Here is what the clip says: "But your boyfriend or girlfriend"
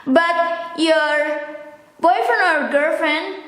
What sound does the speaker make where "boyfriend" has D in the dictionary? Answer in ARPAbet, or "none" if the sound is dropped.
none